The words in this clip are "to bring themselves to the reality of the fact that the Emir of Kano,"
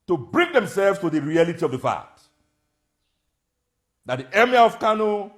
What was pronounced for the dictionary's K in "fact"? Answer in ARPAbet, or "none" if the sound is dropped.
none